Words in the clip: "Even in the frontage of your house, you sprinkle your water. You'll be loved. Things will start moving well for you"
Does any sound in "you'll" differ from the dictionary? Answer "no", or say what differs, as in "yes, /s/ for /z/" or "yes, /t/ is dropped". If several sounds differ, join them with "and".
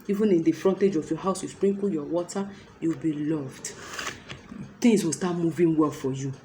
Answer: yes, /w/ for /l/